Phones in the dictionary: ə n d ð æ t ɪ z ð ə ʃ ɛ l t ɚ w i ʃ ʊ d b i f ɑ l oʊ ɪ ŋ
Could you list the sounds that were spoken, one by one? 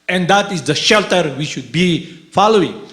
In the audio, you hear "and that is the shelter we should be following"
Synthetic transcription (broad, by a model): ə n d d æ t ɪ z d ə ʃ ɛ l t ɚ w i ʃ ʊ d b i f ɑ l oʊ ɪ ŋ